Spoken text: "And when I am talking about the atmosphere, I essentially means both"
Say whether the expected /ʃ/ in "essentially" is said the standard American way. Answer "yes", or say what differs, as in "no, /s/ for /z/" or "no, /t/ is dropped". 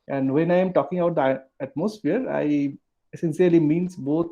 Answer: no, /s/ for /ʃ/